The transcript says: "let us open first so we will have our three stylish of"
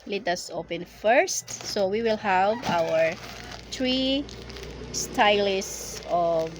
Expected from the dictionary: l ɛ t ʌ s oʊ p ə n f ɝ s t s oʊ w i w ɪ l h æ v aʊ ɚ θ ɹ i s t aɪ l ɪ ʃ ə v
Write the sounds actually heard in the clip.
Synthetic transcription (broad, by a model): l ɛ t ʌ s oʊ p ə n f ɝ s t s oʊ w i w ɪ l h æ v aʊ ɚ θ ɹ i s t aɪ l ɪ s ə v